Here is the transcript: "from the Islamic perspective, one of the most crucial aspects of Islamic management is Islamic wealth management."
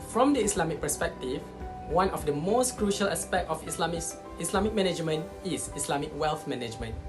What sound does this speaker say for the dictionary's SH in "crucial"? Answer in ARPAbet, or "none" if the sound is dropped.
SH